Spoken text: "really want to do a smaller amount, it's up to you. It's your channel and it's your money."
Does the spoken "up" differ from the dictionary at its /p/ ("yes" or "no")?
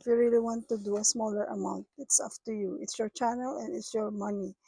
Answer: yes